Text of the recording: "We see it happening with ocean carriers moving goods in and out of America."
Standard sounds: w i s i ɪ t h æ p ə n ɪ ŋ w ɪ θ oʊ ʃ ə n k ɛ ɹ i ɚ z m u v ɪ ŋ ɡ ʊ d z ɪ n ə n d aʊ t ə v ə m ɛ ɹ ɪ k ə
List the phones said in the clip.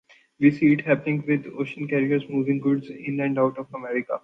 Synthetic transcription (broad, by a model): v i s i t h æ p ə n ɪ ŋ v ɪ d oʊ ʃ ə n k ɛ ɹ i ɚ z m u v ɪ ŋ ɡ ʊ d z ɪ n ə n d aʊ t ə f ə m ɛ ɹ ɪ k ə